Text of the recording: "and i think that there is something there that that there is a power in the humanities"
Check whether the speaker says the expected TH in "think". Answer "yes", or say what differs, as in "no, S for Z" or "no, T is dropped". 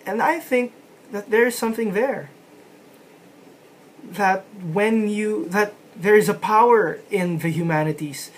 yes